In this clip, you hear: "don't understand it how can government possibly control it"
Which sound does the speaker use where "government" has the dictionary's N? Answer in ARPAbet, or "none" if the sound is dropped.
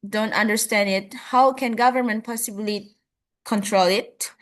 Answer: N